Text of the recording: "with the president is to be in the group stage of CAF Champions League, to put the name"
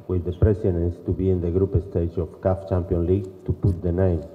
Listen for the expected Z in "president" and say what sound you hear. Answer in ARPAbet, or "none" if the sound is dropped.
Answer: S